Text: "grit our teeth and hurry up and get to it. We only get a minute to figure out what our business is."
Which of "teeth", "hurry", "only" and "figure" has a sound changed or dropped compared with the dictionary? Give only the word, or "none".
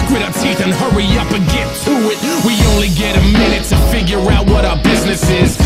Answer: none